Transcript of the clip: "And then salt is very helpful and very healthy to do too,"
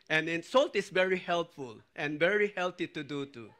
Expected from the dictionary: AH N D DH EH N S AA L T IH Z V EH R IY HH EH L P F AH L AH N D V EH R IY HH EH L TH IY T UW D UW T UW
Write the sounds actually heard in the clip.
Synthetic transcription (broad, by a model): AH N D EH N S AA L T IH S V EH R IY HH EH L P F AH L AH N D V EH R IY HH EH L T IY T UW D UW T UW